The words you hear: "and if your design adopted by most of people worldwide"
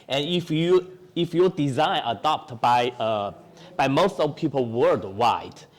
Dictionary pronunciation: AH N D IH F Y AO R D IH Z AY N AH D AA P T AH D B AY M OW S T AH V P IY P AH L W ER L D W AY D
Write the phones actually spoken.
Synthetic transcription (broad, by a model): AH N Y IH F Y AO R D IH Z AY N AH D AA P T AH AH B AY M OW S T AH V P IY P AH L W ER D W AY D